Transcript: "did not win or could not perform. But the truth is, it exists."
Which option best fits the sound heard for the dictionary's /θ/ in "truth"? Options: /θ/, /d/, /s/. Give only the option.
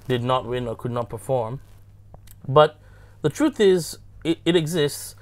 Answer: /θ/